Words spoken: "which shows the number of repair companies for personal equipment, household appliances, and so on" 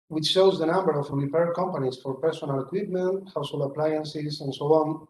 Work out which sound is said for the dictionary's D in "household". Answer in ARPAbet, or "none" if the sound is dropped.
none